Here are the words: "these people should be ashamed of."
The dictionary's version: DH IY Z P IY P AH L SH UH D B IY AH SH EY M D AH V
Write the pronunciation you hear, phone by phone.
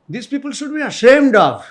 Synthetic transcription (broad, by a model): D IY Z P IY P AH L SH UH D B IY AH SH EY M D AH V